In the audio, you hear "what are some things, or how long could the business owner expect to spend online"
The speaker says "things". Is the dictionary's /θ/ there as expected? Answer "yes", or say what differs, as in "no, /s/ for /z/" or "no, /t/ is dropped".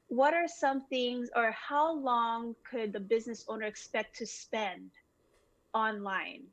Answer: yes